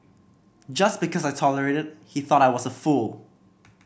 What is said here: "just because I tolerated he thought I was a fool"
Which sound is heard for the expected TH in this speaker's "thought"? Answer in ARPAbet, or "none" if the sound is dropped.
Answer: TH